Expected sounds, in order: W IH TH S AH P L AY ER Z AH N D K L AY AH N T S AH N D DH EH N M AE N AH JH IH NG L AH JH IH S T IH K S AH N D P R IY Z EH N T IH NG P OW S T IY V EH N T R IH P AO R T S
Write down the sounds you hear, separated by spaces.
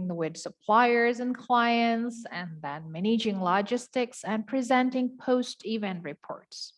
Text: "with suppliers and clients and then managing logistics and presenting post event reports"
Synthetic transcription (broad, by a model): W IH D S AH P L AY ER Z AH N K L AY AH N T S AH N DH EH N M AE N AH JH IH NG L AH JH IH S T IH K S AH N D P R IY Z EH N T IH NG P OW S T IY V EH N T R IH P AO R T S